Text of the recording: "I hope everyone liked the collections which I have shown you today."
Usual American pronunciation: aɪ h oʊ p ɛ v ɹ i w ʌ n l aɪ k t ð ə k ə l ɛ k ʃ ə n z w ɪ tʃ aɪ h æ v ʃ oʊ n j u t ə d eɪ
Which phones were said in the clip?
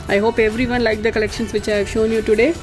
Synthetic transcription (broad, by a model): aɪ h oʊ p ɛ v ɹ i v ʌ n l aɪ k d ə k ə l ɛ k ʃ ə n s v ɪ tʃ aɪ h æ v ʃ oʊ n j u t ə d eɪ